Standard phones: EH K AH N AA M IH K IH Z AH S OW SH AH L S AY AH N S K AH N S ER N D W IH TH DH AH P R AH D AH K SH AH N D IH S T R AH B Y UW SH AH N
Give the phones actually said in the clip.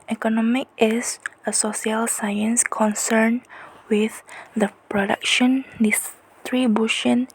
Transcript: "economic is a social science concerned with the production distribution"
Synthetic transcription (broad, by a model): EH K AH N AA M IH K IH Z AH S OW S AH L S AY AH N S K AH N S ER N W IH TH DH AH P R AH D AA K SH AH N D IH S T R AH B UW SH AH N